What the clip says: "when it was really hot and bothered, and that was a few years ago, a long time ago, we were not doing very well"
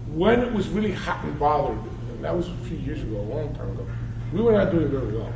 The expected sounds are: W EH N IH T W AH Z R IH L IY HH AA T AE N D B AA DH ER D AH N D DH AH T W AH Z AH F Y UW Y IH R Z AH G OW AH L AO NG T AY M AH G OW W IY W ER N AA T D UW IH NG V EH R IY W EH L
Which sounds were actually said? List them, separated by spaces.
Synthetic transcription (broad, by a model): W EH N IH T W AH Z R IH L IY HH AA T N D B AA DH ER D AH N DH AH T W AH Z AH F Y UW Y IH R Z AH G OW AH L AO NG T AY M AH G OW W IY W ER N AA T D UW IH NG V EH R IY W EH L